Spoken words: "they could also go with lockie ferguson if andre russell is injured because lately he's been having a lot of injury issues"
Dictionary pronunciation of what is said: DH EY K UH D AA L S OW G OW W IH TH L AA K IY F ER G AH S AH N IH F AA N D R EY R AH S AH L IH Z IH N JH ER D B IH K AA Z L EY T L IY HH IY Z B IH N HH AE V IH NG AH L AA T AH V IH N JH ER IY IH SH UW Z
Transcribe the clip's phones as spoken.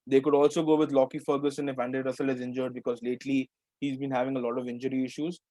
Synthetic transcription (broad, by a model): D EY K UH D AA L S OW G OW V IH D L AA K IY F ER G AH S AH N IH F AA N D EY R AH S AH L IH Z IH N JH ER D B IH K AA Z L EY T L IY HH IY Z B IH N HH AE V IH NG AH L AA T AH V IH N JH ER IY IH SH UW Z